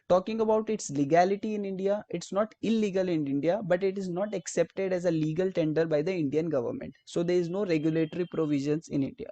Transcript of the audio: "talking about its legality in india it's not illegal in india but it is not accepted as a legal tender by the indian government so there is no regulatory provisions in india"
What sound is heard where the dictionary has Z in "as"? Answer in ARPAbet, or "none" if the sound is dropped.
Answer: Z